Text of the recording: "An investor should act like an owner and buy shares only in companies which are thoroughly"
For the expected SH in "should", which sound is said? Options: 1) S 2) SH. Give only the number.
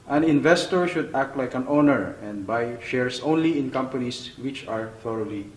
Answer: 2